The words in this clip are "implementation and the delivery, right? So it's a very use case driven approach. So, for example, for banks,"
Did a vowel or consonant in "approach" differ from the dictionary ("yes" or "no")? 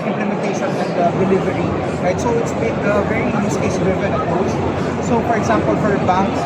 yes